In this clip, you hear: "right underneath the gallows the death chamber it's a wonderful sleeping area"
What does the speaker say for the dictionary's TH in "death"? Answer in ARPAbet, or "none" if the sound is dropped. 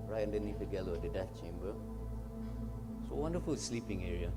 F